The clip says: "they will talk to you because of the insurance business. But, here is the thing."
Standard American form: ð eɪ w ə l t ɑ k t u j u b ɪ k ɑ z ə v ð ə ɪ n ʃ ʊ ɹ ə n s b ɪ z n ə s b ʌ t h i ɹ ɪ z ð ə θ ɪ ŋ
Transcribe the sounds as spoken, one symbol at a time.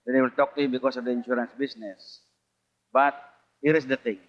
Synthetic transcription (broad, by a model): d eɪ w ə l t ɑ k t u j u b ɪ k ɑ s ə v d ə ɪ n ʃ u ɹ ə n s b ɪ s n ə s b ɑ t h i ɹ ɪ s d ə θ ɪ ŋ